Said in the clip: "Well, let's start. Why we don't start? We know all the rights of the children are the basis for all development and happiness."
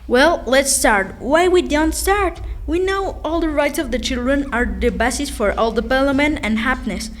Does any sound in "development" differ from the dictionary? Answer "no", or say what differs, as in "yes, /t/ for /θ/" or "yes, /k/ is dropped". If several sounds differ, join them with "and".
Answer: yes, /p/ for /v/ and /p/ is dropped